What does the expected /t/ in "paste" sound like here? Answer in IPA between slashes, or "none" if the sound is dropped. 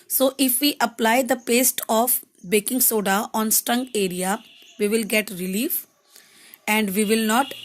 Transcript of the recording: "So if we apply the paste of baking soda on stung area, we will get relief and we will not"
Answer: /t/